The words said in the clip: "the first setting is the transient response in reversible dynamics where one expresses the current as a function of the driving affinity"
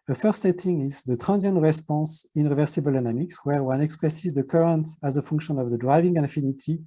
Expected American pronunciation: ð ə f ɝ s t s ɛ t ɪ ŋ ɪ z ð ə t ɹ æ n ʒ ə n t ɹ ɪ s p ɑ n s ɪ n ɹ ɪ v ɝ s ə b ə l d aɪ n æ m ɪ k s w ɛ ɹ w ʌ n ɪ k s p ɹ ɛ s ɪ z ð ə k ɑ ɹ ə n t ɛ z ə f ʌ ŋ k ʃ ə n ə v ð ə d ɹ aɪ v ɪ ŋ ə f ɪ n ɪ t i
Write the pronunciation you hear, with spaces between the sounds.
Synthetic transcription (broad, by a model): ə f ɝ s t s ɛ t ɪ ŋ ɪ z ð ə t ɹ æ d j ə n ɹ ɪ s p ɑ s ɪ n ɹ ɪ v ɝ s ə b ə l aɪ n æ m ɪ k s w ɛ ɹ w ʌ n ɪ k s p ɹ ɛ s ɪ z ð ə k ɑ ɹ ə n t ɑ z ə f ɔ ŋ k ʃ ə n ə v ð ə d ɹ aɪ v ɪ ŋ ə f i n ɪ t i